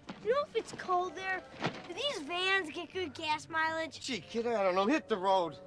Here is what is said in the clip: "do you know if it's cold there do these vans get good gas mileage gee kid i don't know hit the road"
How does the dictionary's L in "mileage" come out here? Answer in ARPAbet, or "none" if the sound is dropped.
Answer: L